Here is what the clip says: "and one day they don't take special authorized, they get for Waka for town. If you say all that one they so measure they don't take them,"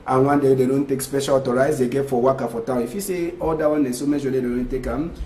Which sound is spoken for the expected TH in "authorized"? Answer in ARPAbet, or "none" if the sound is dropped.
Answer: T